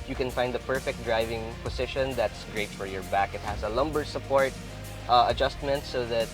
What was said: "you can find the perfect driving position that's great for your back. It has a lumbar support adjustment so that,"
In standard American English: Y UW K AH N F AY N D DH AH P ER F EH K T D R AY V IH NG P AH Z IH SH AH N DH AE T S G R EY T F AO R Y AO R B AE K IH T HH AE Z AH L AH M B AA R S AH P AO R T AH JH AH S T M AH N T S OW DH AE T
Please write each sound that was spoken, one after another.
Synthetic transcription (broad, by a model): Y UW K AH N F AY N D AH P ER F EH K T D R AY V IH NG P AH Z IH SH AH N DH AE T S G R EY T F AO R Y AO R B AE K IH T HH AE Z AH L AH M B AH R S AH P AO R T AH JH AH S T M AH N T S OW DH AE T